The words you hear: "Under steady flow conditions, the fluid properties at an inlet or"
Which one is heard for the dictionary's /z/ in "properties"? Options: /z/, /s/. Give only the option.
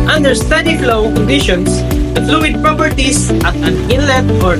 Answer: /s/